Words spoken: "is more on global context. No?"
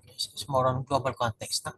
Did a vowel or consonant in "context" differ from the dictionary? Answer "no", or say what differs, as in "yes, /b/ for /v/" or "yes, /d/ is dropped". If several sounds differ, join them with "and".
no